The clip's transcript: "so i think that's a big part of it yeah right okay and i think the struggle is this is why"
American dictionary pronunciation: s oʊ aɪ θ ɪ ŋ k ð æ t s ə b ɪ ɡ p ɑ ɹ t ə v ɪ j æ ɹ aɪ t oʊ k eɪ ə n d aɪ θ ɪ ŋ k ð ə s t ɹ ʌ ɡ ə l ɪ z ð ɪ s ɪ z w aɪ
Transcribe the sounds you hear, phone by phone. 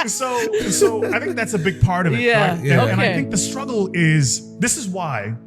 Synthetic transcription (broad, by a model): s oʊ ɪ θ ɪ ŋ k ð æ t s ə b ɪ ɡ p ɑ ɹ t ə v ɪ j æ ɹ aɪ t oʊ ɔ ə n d aɪ θ ɪ ŋ k ð ə s t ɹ ʌ ɡ l ɪ z ð ɪ s ɪ z w aɪ